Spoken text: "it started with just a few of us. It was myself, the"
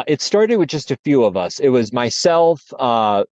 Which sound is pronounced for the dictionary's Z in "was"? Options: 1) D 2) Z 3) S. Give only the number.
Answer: 2